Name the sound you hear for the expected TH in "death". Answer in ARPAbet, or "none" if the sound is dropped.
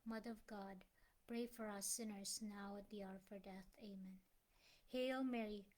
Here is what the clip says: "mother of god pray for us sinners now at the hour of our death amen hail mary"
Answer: TH